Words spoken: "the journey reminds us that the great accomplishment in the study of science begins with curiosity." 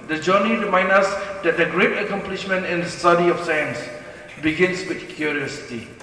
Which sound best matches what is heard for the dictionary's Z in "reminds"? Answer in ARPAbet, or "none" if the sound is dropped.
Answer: none